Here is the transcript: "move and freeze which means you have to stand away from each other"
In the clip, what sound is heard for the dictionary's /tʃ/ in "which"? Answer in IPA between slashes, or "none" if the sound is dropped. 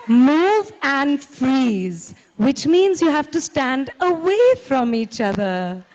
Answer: /tʃ/